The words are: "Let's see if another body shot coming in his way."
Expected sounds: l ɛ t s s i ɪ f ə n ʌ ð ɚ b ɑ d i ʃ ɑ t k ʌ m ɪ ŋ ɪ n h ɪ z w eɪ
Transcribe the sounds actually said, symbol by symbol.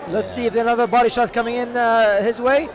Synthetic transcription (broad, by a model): l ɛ t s s i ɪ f ə n ʌ ð ɚ b ɑ d i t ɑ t k ʌ m ɪ ŋ ɪ n h ɪ z w eɪ